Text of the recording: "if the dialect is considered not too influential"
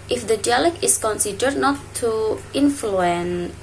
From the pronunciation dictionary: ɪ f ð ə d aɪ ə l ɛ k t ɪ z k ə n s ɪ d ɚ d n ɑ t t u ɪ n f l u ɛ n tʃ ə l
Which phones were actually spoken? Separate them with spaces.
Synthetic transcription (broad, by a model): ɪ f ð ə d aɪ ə l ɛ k ɪ s k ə n s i d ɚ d n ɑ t t u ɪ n f l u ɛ n